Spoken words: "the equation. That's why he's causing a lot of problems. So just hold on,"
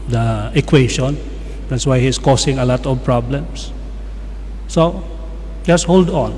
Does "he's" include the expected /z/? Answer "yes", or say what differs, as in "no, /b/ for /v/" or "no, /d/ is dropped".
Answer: no, /s/ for /z/